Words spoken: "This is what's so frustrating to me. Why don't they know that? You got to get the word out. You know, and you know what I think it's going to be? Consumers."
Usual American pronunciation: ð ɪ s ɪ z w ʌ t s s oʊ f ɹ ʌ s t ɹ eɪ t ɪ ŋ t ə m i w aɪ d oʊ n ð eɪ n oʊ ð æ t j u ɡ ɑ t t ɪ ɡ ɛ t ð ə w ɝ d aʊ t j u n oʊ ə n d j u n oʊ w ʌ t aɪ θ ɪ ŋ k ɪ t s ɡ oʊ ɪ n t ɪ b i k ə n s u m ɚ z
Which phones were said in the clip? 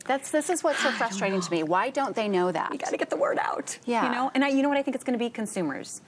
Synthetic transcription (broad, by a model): ð ɪ s ɪ z w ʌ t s s oʊ f ɹ ʌ s t ɹ eɪ t ɪ ŋ t ə m i w aɪ d oʊ n ð eɪ n oʊ ð æ t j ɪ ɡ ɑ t t ɪ ɡ ɛ t ð ə w ɝ d aʊ t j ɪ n oʊ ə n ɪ j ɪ n oʊ w ʌ t aɪ θ ɪ ŋ k ɪ t s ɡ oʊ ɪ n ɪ b i k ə n s u m ɚ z